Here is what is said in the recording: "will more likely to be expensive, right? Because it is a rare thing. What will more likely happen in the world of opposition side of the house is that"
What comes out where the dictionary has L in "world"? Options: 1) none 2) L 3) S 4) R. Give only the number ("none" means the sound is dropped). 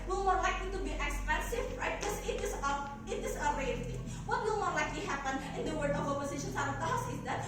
1